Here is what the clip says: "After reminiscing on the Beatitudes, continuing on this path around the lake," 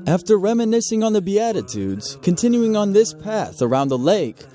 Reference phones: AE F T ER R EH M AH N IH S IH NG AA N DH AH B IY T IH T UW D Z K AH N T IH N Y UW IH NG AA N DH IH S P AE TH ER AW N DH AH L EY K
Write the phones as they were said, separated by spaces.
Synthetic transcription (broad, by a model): AE F T ER R EH M AH N IH S IH NG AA N DH AH B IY T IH T UW D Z K AH N T IH N Y UW IH NG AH N DH IH S P AE TH ER AW N DH AH L EY K